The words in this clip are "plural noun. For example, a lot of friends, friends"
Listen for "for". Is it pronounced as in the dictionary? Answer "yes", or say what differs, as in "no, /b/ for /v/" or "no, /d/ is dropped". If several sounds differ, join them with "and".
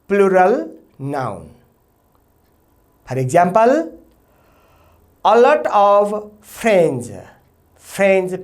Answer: no, /p/ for /f/